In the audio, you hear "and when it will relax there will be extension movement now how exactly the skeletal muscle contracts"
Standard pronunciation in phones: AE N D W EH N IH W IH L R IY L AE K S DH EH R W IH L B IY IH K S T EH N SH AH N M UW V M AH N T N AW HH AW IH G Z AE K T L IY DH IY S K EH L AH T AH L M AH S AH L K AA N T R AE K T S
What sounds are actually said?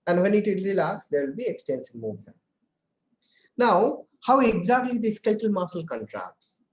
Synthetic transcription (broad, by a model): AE N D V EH N IH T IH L R IY L AE K S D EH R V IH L B IY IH K S T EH N S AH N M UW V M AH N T N AW HH AW IH G Z AE K T L IY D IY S K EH L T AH L M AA S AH L K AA N T R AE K T S